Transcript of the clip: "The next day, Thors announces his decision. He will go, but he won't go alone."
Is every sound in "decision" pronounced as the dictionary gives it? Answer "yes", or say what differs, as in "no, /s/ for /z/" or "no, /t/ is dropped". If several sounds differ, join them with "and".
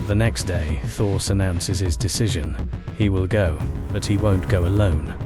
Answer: yes